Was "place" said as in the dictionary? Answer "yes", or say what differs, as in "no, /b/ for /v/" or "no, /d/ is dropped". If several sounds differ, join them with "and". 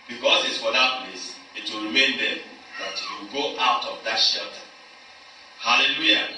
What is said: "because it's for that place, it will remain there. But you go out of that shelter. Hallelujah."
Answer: no, /n/ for /l/